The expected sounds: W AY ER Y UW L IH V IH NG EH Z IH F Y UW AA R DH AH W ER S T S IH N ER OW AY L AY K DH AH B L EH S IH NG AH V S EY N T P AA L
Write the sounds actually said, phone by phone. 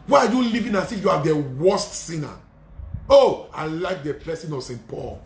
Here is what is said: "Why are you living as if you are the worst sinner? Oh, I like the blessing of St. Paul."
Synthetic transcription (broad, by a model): W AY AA Y UW L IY V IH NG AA S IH Y UW AA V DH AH W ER S T S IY N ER OW AY L AY K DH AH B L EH S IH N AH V S EY N T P AA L